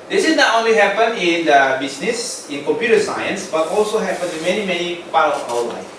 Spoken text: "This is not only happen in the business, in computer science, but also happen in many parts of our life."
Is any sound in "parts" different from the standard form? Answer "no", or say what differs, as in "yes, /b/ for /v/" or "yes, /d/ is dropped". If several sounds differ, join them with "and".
yes, /s/ is dropped